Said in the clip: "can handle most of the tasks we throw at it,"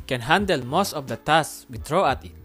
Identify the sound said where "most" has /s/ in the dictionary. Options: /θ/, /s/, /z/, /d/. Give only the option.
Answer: /s/